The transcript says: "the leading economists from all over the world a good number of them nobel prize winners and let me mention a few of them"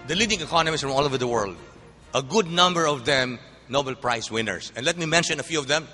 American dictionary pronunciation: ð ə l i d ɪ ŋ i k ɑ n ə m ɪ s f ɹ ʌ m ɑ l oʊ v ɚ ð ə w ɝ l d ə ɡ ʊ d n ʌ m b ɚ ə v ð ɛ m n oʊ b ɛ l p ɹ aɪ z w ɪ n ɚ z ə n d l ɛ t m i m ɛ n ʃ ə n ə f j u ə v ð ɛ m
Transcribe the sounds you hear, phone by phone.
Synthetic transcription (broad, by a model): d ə l i d ɪ ŋ i k ɑ n ə m ɪ s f ɹ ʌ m ɑ l oʊ v ɚ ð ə w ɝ l d ə ɡ ʊ d n ʌ m b ɚ ə v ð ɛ m n oʊ b ɛ l p ɹ aɪ s w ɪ n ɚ s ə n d l ɛ t m i m ɛ n ʃ ə n ə f j u ə v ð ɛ m